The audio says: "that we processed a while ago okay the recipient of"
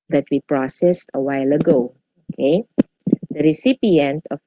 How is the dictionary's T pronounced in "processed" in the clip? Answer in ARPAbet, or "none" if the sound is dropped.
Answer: T